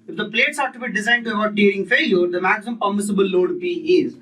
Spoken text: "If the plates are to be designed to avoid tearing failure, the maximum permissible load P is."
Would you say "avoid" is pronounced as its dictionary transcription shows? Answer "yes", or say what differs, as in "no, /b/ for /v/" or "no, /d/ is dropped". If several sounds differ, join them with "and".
no, /b/ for /v/